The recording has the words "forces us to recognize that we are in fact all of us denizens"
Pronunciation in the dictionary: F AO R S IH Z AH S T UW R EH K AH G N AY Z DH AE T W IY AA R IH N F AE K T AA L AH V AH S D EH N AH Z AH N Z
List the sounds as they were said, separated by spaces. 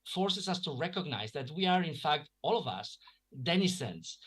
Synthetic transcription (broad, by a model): F AO R S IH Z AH S T UW R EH K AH G N AY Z DH AE T W IY AA R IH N F AE K T AA L AH V AH S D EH N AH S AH N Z